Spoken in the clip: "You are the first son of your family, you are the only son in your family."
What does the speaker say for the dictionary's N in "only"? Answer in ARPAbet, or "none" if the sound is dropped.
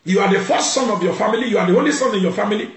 none